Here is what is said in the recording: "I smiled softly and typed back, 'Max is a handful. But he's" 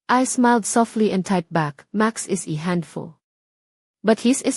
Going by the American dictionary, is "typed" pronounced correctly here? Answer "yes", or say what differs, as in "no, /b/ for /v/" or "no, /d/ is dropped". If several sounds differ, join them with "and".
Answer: no, /p/ is dropped